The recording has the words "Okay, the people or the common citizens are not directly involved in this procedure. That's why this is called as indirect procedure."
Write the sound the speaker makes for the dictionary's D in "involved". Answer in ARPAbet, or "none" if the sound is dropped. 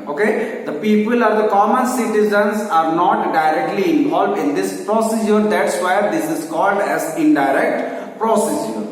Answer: D